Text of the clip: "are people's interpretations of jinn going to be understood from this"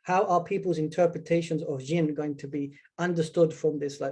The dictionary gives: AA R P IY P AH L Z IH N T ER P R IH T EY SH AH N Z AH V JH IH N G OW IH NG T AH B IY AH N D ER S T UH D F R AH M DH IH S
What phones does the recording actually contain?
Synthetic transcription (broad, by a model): AA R P IY P AH L Z IH N T ER P R IH T EY SH AH N Z AH V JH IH N G OW IH NG T AH B IY AH N D ER S T UH D F R AH M DH IH S